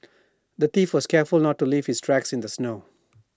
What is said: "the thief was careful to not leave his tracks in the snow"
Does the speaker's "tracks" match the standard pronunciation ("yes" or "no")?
yes